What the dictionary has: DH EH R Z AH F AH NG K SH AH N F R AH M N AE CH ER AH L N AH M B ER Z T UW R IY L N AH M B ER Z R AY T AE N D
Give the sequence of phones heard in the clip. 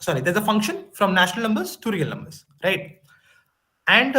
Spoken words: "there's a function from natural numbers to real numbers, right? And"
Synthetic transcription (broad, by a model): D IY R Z AH F AH NG K SH AH N F R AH M N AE SH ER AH L N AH M B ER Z T UW R IY L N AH M B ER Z R AY T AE N D